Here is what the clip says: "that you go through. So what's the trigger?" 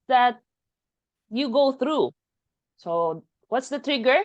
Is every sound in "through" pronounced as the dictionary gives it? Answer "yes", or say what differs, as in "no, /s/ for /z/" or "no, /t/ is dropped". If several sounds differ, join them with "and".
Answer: yes